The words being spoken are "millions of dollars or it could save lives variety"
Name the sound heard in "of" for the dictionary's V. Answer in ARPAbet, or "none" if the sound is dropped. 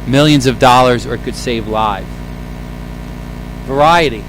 V